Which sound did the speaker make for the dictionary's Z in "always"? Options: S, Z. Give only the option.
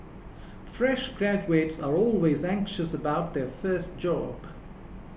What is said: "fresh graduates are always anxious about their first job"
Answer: Z